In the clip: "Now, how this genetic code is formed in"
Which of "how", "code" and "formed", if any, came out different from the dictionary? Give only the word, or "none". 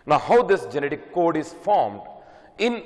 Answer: none